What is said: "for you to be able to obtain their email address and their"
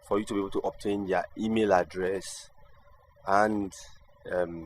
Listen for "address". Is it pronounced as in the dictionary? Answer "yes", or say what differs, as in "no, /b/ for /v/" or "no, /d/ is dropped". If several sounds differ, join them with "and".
yes